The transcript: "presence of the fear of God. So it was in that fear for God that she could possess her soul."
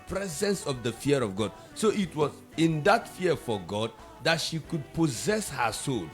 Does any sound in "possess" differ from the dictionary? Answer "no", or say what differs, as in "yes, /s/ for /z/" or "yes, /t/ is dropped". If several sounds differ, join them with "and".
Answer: no